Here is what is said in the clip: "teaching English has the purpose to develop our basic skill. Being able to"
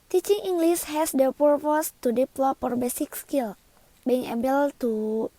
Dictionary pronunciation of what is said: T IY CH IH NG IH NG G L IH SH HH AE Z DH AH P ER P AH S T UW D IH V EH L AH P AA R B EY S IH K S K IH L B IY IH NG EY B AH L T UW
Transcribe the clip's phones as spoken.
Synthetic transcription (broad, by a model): T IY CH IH NG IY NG G L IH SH HH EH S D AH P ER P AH S T UW D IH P L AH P AA R B EY S IH K S K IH L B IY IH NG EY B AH L T UW